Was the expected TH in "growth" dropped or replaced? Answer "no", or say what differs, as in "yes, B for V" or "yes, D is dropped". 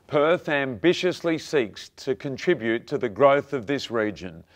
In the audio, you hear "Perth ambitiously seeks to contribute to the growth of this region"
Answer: no